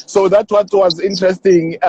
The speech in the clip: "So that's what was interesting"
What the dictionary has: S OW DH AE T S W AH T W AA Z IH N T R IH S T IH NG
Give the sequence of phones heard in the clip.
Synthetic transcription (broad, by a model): S OW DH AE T W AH T W AA Z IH N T R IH S T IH NG